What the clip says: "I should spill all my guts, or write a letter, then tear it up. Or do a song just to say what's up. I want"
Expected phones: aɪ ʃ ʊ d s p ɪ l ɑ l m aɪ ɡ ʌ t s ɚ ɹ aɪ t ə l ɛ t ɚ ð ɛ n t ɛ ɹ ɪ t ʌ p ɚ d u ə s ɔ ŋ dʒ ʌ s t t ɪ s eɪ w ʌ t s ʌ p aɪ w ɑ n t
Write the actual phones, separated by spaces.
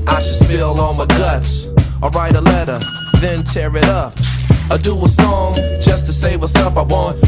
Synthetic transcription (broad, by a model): aɪ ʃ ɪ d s f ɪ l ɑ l m aɪ ɡ ʌ t s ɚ ɹ aɪ t ə l ɛ t ɚ ð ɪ n t ɛ ɹ ɪ t ʌ p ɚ d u ə s ɔ ŋ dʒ ʌ s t t ɪ s eɪ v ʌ s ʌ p aɪ w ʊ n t